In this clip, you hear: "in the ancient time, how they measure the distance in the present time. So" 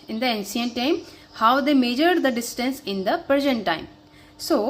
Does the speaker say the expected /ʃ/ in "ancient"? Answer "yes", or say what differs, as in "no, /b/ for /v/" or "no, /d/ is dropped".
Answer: no, /s/ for /ʃ/